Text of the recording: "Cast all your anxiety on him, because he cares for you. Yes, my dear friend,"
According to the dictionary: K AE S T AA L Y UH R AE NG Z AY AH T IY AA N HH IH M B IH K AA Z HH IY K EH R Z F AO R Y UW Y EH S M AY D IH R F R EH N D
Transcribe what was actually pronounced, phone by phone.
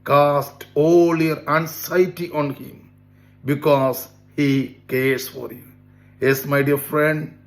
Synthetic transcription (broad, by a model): K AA S T AA L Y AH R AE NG S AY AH T IY AA N HH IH M B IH K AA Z HH IY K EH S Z F AO R Y UW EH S M AY D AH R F R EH N D